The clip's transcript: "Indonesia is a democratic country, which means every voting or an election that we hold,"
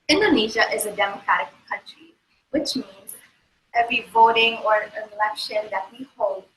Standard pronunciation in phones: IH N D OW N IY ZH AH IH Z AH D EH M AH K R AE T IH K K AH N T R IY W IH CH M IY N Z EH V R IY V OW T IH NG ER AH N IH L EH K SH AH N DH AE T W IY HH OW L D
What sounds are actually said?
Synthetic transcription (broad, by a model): IH N D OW N IY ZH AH IH Z AH D EH M AH K R AE T IH K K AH N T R IY W IH CH M IY N Z EH V R IY V OW T IH NG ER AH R IH L EH K SH AH N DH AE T W IY HH OW L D